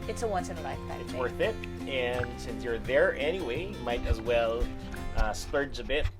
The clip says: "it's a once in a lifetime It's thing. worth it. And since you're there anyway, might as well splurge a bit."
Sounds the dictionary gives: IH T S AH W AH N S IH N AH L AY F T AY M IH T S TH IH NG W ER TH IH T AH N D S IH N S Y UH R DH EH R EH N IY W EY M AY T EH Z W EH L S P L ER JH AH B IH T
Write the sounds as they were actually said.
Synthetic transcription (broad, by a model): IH T S AH W AH N S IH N AH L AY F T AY IH T S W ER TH IH T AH N S IH N S Y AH R DH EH R EH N IY W EY M AY T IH Z W EH L S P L ER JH AH B IH T